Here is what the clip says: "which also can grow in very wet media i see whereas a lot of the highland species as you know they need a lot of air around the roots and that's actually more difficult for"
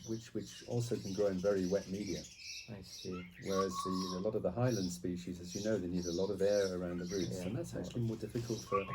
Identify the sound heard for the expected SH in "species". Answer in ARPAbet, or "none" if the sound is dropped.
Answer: SH